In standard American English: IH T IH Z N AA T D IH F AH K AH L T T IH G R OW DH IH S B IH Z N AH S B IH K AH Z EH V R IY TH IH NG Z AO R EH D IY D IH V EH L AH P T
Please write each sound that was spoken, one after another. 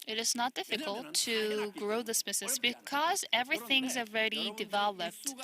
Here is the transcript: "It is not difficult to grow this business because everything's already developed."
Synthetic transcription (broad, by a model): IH T IH Z N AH T D IH F AH K AH L T T IH G R OW DH IH S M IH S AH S B IH K AH Z EH V R IY TH IH NG Z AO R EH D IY D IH V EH L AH P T